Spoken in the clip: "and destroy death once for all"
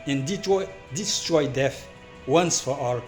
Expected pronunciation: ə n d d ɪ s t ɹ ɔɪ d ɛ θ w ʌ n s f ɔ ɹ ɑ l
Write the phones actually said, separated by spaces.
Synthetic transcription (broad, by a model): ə n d d ɪ s t ɹ ɔɪ d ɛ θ w ʌ n s f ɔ w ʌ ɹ